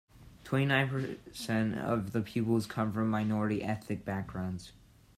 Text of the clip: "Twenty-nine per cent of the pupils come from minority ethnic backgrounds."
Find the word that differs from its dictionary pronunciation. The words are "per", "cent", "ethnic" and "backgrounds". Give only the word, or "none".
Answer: ethnic